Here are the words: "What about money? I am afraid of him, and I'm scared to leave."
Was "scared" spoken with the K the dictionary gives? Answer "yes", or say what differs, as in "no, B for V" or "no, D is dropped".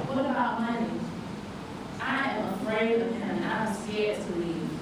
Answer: no, K is dropped